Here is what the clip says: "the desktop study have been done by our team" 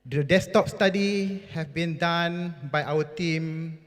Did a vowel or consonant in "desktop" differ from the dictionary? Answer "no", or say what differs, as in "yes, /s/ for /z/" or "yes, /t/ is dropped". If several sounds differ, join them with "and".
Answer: yes, /k/ is dropped